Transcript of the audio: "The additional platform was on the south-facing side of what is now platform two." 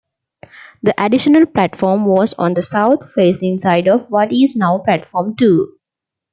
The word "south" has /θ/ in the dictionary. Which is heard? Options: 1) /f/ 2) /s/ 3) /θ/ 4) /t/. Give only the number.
4